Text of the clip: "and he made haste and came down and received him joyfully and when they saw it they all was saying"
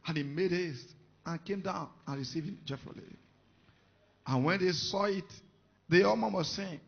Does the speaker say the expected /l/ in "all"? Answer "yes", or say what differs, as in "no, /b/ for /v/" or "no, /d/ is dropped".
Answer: no, /n/ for /l/